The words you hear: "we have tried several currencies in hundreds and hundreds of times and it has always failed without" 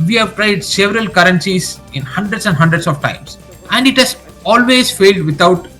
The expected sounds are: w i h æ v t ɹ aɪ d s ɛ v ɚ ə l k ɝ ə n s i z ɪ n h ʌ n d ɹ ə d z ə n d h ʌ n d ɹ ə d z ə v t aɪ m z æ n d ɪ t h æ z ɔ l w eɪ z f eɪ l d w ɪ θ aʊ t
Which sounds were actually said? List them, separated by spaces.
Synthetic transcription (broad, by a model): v i h æ v t ɹ aɪ d s ɛ v ɚ ə l k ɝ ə n s i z ɪ n h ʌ n d ɹ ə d s ə n d h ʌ n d ɹ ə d s ə v t aɪ m s æ n d ɪ t h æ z ɔ l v eɪ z f eɪ l d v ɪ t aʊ t